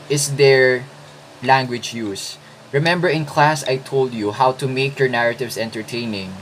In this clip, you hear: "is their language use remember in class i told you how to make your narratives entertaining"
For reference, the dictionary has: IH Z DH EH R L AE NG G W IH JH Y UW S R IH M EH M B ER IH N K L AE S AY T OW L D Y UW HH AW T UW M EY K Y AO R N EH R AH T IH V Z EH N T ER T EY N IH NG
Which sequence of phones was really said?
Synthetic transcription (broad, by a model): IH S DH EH R L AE NG G W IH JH Y UW S R IH M EH M B ER IH N K L AE S AY T OW L D Y UW HH AW T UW M EY K Y AO R N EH R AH T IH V S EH N T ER T EY N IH NG